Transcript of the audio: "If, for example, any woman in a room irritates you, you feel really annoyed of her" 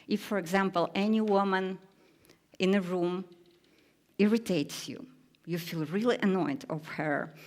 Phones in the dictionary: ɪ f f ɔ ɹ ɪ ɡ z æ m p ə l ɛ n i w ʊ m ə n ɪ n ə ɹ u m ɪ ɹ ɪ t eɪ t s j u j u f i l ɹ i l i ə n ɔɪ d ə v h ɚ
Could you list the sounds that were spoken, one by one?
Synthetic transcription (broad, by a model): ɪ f f ɔ ɹ ɪ ɡ z æ m p ə l ɛ n i w ʊ m ə n ɪ n ə ɹ u m ɪ ɹ ɪ t eɪ t s j u j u f i l ɹ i l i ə n ɔɪ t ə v h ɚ